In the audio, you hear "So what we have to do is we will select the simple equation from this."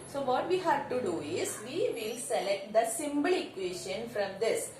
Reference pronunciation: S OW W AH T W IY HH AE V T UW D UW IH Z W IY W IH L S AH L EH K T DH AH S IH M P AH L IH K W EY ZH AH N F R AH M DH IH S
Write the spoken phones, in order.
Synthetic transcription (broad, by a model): S OW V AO T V IY HH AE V T UW D UW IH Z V IY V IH L S AH L EH K T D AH S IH M B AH L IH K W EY SH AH N F R AH M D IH S